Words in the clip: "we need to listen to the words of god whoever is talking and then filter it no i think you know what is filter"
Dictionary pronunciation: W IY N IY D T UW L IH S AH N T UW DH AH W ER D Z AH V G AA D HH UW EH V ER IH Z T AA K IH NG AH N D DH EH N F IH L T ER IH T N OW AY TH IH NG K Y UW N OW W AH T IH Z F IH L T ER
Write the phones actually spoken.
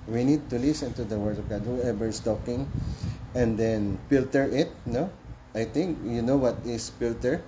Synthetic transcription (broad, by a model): W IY N IY D T UW L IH S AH N T UW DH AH W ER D AH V G AA D HH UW EH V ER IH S T AA K IH NG AH N D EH N F IH L T ER IH T N OW AY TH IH NG K Y UW N OW W AH T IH S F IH L T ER